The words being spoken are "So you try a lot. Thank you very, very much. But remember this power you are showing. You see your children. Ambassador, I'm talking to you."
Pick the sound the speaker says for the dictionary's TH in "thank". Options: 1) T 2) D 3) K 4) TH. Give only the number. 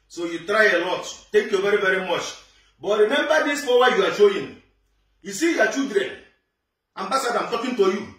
1